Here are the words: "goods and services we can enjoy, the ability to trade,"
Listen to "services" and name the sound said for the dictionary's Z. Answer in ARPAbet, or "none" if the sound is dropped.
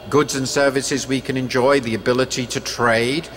Z